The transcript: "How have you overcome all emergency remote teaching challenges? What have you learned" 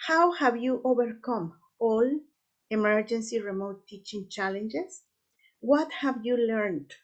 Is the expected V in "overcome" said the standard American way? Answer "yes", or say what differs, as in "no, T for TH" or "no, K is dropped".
no, B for V